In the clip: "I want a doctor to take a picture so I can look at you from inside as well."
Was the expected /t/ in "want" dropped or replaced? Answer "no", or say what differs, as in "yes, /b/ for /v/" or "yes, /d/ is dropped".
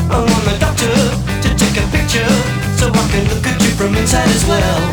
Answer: yes, /t/ is dropped